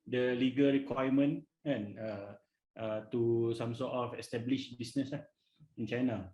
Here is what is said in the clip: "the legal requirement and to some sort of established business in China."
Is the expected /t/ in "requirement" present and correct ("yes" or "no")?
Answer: no